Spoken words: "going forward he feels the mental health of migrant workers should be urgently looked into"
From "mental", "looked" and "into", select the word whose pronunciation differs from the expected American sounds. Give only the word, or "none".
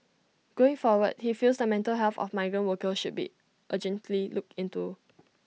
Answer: looked